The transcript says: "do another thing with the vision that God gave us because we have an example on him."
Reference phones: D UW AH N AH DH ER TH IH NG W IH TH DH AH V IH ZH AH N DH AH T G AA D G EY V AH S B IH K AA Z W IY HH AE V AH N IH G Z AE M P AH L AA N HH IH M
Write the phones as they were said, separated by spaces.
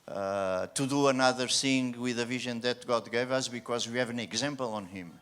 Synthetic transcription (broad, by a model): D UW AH N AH DH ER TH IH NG W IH DH AH V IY ZH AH N DH AH T G AA D G EY V AH S B IH K AA Z W IY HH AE V AH N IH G Z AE M P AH L AA N HH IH M